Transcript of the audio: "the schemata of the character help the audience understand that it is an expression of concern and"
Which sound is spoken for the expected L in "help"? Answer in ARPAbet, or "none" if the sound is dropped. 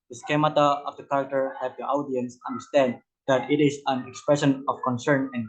none